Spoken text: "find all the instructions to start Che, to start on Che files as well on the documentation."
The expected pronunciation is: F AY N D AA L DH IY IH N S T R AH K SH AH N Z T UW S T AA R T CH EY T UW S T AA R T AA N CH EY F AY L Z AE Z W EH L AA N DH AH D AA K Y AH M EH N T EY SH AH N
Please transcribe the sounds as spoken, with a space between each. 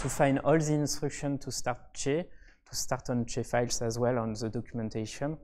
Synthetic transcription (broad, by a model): F AY N D AA L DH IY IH N S T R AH K SH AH N T UW S T AA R T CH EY T UW S T AA R T AA N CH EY F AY L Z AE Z W EH L AA N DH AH D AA K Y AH M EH N T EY SH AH N